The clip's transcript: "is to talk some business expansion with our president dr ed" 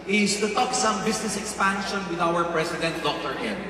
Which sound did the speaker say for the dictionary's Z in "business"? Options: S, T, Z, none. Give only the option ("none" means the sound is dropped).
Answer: S